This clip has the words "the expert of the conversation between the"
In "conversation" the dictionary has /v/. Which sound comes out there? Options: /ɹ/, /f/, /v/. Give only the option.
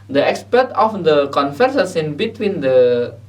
/f/